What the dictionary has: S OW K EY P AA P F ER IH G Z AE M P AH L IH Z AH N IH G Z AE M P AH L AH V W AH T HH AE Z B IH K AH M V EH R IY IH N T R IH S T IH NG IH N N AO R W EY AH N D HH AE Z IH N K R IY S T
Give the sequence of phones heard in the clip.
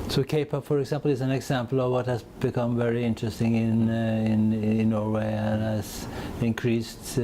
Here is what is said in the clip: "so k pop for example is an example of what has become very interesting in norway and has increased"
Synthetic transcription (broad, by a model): S OW K EY P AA F ER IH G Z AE M P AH L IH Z AH N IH G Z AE M P L AH V W AH T HH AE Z B IH K AH M V EH R IY IH N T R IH S T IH NG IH N N AO R W EY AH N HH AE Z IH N K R IY S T